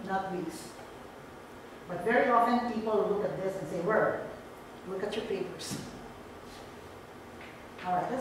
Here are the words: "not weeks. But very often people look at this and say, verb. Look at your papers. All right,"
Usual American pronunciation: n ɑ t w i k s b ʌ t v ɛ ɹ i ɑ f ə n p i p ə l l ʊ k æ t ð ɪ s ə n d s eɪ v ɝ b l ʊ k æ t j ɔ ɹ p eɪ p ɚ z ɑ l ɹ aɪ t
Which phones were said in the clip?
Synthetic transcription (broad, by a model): n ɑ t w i s b ʌ t v ɛ ɹ i ɑ f ə n p i p ə l l ʊ k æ t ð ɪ s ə n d s eɪ w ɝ l ʊ k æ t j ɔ ɹ p eɪ p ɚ s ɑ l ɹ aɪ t